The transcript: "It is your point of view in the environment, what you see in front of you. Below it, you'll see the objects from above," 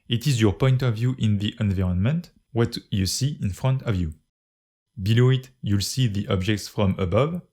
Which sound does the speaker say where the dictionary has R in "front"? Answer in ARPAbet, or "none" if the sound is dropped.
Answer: R